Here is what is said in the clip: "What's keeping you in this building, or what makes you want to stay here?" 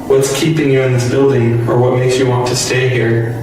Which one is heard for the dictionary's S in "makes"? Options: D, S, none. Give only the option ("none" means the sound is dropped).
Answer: S